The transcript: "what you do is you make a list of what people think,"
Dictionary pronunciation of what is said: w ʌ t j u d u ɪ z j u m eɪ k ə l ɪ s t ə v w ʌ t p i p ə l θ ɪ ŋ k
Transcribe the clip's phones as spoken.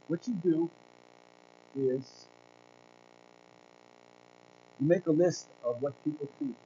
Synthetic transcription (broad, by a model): w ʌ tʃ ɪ d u ɪ z j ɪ m eɪ k ə l ɪ s t ə v w ʌ t p i p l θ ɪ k